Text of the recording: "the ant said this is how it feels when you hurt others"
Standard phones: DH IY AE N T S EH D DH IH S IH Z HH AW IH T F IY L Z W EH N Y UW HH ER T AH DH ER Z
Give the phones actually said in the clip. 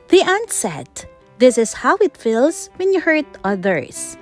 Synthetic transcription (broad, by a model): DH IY AE N T S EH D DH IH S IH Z HH AW IH T F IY L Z W EH N Y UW HH ER T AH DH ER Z